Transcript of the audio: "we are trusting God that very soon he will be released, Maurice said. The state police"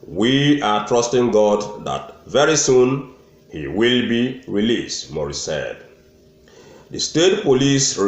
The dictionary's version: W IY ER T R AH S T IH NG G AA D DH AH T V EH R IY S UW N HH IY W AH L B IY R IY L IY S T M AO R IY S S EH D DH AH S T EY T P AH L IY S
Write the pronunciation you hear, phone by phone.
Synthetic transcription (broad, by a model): W IY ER T R AH S T IH NG G AA D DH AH T V EH R IY S UW N HH IY W AH L B IY R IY L IY S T M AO R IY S S EH D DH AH S T EY T P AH L IY S